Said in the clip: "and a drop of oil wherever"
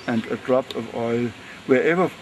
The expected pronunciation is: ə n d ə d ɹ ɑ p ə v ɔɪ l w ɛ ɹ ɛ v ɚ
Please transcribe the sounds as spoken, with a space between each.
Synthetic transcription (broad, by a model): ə n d ə d ɹ ɑ p ə v ɔɪ l w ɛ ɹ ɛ v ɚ